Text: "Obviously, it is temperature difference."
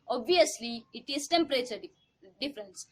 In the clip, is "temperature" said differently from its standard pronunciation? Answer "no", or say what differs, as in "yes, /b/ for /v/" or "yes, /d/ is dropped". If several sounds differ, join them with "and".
yes, /s/ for /tʃ/